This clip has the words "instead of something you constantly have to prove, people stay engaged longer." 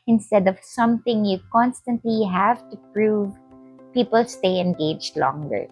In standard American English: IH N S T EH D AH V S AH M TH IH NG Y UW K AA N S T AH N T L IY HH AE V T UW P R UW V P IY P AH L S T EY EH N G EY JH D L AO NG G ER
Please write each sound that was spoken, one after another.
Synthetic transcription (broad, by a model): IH N S T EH D AH V S AH M T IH NG Y UW K AA N S T AH N T L IY HH AE V T UW P R UW V P IY P AH L S T EY EH N G EY JH D L AO NG G ER